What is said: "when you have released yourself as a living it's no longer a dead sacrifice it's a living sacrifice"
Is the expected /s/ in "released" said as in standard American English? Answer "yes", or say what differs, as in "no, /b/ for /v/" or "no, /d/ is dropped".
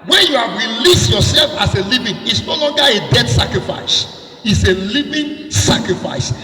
yes